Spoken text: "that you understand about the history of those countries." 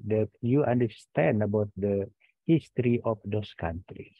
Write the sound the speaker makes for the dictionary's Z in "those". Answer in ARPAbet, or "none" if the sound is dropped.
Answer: S